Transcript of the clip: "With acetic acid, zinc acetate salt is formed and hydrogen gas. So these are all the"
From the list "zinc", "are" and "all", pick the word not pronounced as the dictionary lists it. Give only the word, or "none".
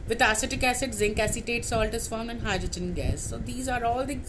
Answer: none